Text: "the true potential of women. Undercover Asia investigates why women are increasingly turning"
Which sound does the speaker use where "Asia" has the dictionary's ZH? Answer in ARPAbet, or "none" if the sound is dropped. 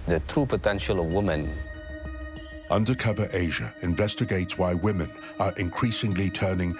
ZH